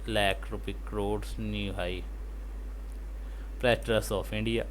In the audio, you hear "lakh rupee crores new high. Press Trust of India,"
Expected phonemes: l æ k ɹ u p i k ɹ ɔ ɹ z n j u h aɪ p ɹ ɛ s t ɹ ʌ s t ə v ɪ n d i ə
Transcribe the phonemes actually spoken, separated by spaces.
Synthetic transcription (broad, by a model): l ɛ k ɹ u p i k ɹ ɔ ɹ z n j u h aɪ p ɹ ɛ t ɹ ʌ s ə f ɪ n d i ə